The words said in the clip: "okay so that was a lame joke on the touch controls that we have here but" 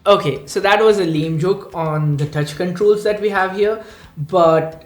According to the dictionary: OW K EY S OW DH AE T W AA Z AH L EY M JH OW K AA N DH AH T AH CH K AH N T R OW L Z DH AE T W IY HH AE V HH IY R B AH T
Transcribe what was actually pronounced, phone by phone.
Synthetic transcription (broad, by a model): OW K EY S OW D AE T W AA Z AH L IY M JH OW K AA N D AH T AH CH K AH N T R OW L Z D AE T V IY HH AE V HH IY R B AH T